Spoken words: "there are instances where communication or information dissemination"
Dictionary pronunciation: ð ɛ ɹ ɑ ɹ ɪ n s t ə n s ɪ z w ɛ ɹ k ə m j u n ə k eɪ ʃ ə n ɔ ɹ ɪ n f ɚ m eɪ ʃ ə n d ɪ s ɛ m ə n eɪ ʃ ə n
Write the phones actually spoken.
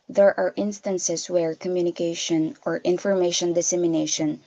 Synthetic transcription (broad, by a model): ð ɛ ɹ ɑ ɹ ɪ n s t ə n s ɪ s w ɛ ɹ k ə m j u n ə k eɪ ʃ ə n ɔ ɹ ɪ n f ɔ m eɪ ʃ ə n d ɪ s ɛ m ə n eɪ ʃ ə n